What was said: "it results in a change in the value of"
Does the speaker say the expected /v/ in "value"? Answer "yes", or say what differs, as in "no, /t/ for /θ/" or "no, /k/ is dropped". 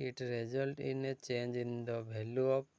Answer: no, /b/ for /v/